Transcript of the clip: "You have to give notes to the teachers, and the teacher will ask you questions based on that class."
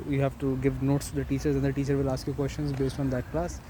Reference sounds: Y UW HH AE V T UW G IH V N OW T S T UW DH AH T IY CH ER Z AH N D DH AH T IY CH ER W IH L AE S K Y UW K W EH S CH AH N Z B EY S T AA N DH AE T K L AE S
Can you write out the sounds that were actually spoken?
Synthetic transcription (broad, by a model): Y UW HH AE V T UW G IH V N OW T S T UW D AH T IY CH ER Z AH N D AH T IY CH ER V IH L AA S K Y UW K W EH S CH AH N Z B EY S T AA N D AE T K L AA S